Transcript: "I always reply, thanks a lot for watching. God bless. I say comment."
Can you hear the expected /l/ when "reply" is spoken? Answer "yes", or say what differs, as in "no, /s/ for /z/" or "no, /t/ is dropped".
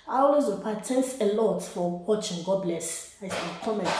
no, /l/ is dropped